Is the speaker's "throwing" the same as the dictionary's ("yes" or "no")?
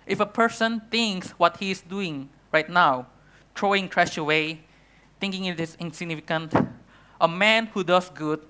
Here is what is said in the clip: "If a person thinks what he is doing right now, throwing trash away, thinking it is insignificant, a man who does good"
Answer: no